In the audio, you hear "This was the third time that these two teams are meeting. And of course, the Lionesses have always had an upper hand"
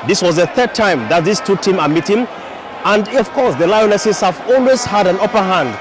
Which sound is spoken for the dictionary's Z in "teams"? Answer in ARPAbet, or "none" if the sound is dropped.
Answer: none